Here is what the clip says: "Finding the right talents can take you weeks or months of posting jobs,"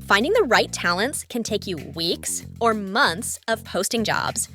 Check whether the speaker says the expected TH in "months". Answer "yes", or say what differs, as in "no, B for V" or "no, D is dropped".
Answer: yes